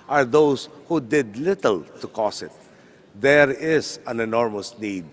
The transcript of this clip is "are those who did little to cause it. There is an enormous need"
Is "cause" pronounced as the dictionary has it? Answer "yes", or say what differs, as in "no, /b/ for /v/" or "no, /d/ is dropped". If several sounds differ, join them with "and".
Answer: no, /s/ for /z/